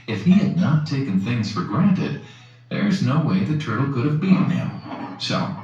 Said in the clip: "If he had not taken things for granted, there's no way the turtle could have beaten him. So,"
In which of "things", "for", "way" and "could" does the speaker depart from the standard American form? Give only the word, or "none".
none